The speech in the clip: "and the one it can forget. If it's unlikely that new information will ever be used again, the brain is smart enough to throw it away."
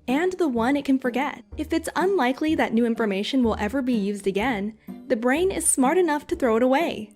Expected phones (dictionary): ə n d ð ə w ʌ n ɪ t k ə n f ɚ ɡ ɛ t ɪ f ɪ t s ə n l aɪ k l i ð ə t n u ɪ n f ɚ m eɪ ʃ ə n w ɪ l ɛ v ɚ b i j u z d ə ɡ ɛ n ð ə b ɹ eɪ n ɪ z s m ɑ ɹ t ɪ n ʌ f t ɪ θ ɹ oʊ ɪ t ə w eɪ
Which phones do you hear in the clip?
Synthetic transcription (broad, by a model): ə n ð ə w ʌ n ɪ t k ə n f ɚ ɡ ɛ t ɪ f ɪ t s ə n l aɪ k l i ð ə t n u ɪ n f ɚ m eɪ ʃ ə n w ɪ l ɛ v ɚ b i j u z d ə ɡ ɛ n ð ə b ɹ eɪ n ɪ z s m ɑ ɹ t ɪ n ʌ f t ɪ θ ɹ oʊ ɪ t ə w eɪ